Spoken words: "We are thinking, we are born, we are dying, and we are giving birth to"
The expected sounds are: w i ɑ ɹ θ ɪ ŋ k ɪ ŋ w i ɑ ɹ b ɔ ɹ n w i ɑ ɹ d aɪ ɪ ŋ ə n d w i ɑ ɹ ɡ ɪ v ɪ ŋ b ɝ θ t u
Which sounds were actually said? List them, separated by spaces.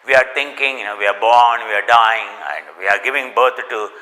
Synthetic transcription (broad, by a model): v i ɑ ɹ t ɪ ŋ k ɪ ŋ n i ɑ ɹ b ɔ ɹ n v i ɑ ɹ d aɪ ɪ ŋ ə n d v i ɑ ɹ ɡ ɪ v ɪ ŋ b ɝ t t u